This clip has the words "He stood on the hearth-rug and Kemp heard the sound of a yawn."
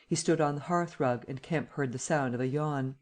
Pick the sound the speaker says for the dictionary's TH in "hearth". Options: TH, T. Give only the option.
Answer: TH